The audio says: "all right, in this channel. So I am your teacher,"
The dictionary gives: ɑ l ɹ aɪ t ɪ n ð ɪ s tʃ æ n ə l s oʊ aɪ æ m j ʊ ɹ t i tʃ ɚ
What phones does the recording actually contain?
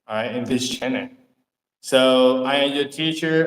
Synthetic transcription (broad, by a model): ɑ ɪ ɪ n ð ɪ s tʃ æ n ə s oʊ aɪ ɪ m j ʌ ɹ t i tʃ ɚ